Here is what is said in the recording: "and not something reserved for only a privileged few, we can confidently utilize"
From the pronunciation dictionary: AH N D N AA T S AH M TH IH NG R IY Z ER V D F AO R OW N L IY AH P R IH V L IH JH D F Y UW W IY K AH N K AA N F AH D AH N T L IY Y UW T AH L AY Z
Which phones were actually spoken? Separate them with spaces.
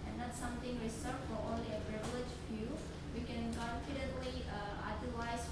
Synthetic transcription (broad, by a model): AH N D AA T S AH M T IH NG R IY S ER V F AO R OW N L IY AH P R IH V L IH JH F Y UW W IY K AH N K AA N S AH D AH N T L IY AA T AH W AY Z